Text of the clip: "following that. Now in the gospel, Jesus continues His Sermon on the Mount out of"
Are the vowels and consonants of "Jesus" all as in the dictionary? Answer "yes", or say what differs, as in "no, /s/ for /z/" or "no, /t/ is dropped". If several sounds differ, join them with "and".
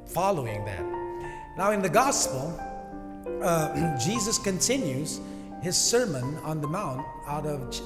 yes